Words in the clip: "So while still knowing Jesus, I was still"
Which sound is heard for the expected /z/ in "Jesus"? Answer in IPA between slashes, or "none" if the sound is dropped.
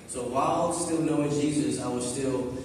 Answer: /z/